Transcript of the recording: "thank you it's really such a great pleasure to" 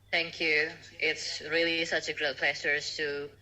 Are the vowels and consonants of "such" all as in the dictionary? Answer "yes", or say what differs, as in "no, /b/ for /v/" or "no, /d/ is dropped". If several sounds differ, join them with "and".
yes